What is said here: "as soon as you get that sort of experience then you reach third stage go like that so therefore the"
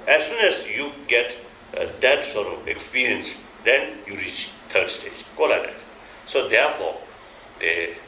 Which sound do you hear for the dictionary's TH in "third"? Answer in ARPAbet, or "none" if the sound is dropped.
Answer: T